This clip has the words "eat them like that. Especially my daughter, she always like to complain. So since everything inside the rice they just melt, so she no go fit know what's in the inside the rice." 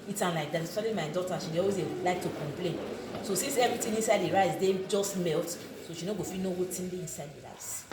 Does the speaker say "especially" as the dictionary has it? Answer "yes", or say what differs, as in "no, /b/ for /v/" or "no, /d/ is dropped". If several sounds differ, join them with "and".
no, /p/ is dropped and /ʃ/ is dropped